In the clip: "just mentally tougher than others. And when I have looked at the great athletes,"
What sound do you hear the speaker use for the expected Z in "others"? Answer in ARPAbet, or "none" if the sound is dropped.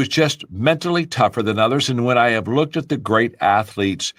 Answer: Z